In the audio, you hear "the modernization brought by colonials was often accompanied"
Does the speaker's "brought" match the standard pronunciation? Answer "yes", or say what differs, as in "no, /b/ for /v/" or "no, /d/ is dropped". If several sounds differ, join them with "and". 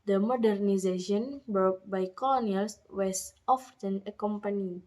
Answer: no, /ɹ/ is dropped